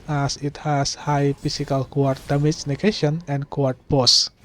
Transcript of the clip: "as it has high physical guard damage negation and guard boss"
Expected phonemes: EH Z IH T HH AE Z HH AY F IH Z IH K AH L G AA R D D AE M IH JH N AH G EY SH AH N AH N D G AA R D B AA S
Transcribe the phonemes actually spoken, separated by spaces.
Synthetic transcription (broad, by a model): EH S IH T HH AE S HH AY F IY S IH K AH L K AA R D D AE M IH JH N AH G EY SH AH N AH N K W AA R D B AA S